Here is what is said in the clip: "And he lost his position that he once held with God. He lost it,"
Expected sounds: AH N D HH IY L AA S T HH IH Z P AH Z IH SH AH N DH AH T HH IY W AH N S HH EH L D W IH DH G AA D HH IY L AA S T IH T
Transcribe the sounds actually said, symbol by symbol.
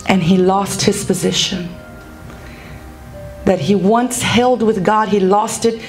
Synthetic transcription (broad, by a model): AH N IY L AA S T HH IH Z P AH Z IH SH AH N DH AH T HH IY W AH N S HH EH L D W IH DH G AA D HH IY L AA S T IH T